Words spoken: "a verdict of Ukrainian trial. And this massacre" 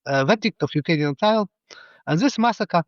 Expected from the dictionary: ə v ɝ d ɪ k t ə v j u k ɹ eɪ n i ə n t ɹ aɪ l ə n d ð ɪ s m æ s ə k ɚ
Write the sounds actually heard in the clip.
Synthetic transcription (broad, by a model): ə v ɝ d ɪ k t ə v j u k eɪ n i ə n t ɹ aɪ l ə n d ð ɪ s m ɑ s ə k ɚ